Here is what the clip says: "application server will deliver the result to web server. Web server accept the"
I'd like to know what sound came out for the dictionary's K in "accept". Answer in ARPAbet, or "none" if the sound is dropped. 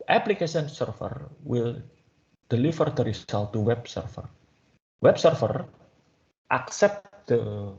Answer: K